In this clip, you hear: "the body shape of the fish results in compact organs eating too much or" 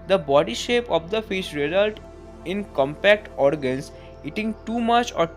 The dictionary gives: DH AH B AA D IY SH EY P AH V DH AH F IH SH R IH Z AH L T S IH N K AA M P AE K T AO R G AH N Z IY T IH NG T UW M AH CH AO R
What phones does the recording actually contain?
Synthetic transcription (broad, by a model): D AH B AA D IY SH EY P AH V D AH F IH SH R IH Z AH L T IH N K AA M P AE K T AO R G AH N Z IY T IH NG T UW M AH CH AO R